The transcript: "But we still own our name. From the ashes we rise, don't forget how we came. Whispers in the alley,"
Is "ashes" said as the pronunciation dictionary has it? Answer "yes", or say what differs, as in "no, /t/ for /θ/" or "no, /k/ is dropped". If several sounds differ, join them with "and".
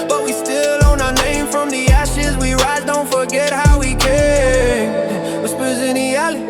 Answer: yes